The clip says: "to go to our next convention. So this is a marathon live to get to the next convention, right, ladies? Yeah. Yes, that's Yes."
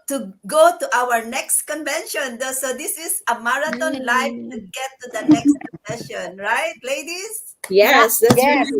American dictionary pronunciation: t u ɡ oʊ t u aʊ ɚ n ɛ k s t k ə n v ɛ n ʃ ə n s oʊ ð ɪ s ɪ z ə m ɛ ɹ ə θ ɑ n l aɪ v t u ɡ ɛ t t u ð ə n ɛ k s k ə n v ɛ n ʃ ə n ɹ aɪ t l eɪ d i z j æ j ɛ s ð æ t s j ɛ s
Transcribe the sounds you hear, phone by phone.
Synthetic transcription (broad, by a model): t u ɡ oʊ t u aʊ ɚ n ɛ k s t k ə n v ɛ n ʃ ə n s oʊ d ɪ s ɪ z ə m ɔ ɹ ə t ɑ n l aɪ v t u ɡ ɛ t t u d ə n ɛ k s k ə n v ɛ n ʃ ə n ɹ aɪ t l eɪ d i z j j ɛ s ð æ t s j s